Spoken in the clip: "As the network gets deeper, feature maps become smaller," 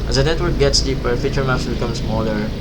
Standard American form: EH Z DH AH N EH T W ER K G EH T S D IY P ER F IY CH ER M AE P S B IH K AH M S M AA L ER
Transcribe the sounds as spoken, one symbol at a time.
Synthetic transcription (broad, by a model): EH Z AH N EH T W ER K G EH T S D IY P ER F IY CH ER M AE F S B IH K AH M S M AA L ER